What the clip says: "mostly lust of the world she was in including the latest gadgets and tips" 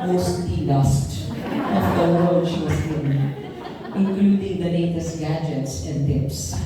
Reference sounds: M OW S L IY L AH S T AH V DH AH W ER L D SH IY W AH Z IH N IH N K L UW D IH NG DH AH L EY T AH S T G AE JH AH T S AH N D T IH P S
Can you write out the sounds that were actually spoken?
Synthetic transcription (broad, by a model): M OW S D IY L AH S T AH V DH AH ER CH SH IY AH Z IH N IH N K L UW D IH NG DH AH N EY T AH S G AE JH AH T S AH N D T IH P S